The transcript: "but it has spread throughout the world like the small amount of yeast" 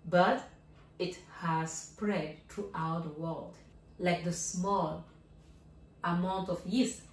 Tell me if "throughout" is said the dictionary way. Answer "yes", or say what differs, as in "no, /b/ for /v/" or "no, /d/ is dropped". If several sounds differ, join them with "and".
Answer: no, /t/ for /θ/